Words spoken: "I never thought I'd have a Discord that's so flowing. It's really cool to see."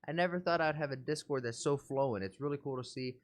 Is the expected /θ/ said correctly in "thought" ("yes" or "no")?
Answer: yes